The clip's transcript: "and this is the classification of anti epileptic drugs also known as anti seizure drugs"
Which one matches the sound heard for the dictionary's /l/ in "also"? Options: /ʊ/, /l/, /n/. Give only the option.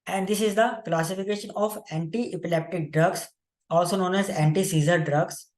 /l/